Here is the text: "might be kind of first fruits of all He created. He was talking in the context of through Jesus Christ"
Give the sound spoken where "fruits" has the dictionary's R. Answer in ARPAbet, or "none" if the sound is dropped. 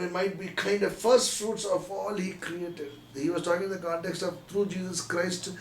R